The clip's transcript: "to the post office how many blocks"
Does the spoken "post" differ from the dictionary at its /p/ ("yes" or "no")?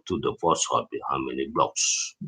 yes